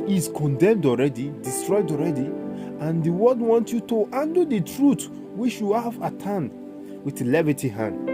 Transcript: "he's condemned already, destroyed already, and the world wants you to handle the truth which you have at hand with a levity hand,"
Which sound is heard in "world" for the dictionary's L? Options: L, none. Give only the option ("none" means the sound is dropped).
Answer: none